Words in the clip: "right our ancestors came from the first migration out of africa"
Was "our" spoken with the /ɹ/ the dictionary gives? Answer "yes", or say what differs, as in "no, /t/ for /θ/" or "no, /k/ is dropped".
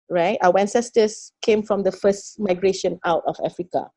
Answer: no, /w/ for /ɹ/